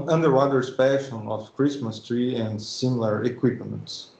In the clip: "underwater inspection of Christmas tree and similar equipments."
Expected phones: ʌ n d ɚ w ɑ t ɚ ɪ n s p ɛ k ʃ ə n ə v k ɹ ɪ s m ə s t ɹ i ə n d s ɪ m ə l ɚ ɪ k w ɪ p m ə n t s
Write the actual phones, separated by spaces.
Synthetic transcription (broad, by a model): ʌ n d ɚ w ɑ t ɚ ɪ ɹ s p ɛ ʃ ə n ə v k ɹ ɪ s m ə s t ɹ i ə n d s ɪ m l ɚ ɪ k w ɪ p m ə n t s